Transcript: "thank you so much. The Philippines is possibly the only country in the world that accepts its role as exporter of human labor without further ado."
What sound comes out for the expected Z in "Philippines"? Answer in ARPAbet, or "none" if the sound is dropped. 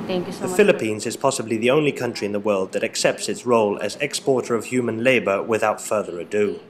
Z